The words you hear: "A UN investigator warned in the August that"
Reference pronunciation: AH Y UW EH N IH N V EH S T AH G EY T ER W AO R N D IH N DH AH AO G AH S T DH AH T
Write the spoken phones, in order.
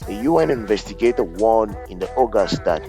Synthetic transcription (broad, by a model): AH Y UW EH N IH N V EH S T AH G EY T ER W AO N IH N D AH AO G AH S T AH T